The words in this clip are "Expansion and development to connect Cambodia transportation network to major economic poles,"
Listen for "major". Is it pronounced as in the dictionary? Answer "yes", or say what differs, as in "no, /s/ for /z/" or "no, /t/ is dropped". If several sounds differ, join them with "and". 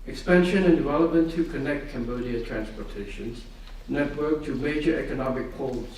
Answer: yes